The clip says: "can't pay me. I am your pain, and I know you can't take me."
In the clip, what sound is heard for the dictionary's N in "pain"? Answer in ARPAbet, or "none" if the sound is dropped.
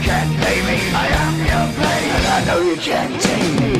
none